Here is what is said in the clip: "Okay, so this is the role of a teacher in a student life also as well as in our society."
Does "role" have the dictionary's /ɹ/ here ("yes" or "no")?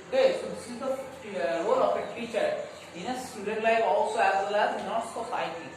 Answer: no